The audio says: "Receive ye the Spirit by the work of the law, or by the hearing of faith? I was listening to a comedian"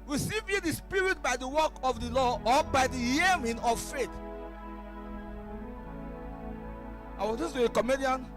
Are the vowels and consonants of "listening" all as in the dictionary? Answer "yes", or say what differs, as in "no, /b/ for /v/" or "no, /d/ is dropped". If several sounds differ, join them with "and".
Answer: no, /n/ is dropped